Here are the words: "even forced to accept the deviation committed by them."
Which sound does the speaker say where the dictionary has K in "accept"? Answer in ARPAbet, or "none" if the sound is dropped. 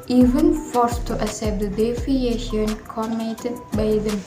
none